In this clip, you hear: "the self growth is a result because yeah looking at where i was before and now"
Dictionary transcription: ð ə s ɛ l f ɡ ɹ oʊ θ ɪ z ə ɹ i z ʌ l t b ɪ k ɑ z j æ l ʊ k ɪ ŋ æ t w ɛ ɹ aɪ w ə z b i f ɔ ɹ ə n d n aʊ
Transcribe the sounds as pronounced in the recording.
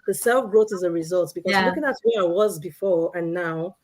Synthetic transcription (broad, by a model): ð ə s ɛ l f ɡ ɹ oʊ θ ɪ z ə ɹ i z ʌ l t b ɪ k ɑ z l ʊ k ɪ ŋ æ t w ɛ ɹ aɪ w ə z b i f ɔ ɹ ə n n aʊ